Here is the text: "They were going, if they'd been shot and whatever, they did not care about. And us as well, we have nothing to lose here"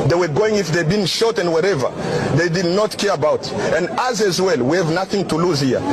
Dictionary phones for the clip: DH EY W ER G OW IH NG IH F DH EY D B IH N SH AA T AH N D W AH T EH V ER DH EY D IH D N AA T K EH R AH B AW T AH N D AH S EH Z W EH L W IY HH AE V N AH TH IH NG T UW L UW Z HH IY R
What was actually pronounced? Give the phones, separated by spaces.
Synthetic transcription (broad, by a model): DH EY W ER G OW IH NG IH F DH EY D B IH N SH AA T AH N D W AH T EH V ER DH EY D IH D N AA T K EH R AH B AW T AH N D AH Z EH Z W EH L W IY HH AE V N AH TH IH NG T UW L UW Z HH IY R